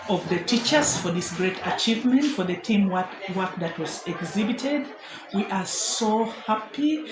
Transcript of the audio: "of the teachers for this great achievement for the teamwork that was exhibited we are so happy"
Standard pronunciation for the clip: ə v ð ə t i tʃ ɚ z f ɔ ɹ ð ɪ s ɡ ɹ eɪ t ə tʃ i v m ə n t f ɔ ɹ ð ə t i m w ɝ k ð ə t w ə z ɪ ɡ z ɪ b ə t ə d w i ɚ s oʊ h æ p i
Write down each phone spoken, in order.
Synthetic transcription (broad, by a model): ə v ð ə t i tʃ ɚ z f ɔ ɹ ð ɪ s ɡ ɹ eɪ t ə tʃ i v m ə n t f ɔ ɹ ð ə t i m w ɝ k ð ə t w ə z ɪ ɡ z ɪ b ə t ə d w i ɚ s oʊ h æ p i